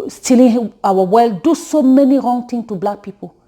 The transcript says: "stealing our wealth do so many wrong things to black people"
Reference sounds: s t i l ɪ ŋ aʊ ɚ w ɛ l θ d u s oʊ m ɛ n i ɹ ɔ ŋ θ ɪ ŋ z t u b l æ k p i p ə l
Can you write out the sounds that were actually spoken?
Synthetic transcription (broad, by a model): s t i l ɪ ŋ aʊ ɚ w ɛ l d u s oʊ m ɛ n i ɹ ɔ ŋ t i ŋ t u b l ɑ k p i p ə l